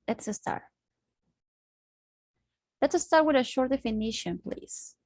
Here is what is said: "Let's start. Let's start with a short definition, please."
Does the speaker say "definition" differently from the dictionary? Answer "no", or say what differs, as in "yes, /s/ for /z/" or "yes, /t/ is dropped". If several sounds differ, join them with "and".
no